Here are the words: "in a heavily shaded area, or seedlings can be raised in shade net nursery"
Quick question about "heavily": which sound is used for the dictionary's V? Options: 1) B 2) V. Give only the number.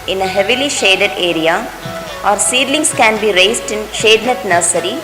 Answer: 2